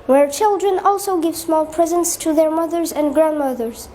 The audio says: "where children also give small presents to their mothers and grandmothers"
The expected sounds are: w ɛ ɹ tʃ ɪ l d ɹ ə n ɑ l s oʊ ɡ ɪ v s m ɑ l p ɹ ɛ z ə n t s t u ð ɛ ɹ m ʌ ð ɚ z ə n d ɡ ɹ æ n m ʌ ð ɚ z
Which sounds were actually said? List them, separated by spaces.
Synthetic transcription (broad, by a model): w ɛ ɹ tʃ ɪ l d ɹ ə n ɑ l s oʊ ɡ ɪ v s m ɑ l p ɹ ɛ z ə n s t u ð ɛ ɹ m ʌ ð ɚ z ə n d ɡ ɹ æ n m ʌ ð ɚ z